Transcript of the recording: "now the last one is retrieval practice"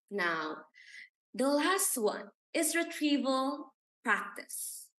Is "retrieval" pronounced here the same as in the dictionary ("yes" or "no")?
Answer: yes